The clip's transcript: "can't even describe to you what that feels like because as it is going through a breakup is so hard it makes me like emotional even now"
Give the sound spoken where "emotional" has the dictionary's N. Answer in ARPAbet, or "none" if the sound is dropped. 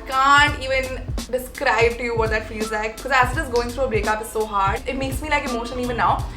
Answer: none